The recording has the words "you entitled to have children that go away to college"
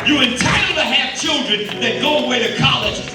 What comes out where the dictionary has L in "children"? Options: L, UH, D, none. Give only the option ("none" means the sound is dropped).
L